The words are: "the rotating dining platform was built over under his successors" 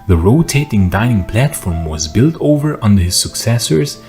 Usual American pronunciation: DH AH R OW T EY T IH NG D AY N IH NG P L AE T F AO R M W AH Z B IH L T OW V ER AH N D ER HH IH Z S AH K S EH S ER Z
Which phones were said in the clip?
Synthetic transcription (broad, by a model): DH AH R OW T EY T IH NG D AY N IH NG P L AE T F AO R M W AH Z B IH L T OW V ER AH N D ER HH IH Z S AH K S EH S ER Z